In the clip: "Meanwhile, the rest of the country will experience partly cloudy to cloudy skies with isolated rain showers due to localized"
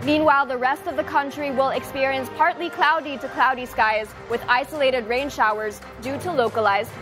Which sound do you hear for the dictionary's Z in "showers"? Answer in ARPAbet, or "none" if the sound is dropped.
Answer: Z